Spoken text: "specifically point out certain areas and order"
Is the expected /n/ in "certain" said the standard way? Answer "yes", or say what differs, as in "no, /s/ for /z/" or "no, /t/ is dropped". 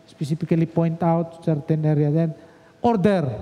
yes